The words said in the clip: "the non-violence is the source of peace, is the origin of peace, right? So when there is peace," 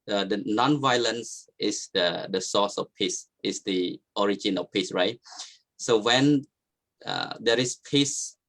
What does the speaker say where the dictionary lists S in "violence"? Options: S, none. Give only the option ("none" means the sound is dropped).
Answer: S